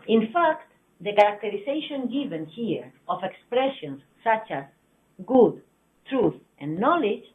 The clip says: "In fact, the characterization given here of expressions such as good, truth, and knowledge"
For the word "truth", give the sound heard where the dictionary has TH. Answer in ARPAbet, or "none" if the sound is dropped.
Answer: TH